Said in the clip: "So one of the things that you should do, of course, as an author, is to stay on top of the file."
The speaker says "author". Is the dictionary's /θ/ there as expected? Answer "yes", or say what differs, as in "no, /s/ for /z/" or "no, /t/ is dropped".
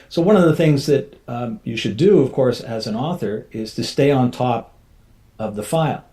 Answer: yes